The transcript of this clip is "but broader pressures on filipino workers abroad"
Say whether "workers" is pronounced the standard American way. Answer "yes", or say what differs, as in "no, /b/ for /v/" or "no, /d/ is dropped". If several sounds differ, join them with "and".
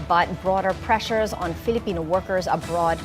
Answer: yes